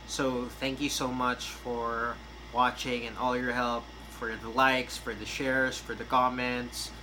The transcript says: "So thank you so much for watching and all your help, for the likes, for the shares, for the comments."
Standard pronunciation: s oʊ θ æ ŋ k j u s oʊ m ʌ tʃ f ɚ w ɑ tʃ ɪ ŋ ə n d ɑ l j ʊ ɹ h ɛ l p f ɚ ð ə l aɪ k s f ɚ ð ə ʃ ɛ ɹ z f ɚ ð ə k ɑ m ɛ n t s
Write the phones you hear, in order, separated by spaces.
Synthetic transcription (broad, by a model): s oʊ θ æ ŋ k j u s oʊ m ʌ tʃ f ɚ w ɑ tʃ ɪ ŋ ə n ɑ l j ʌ ɹ h ɛ l p f ɚ ð ə l aɪ k s f ɚ ð ə ʃ ɛ ɹ z f ɚ ð ə k ɑ m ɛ n t s